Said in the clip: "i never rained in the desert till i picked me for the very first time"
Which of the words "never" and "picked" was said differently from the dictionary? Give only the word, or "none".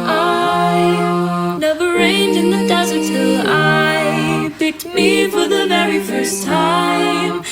picked